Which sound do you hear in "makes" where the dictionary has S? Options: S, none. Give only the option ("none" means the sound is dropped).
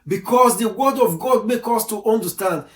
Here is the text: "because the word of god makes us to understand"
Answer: none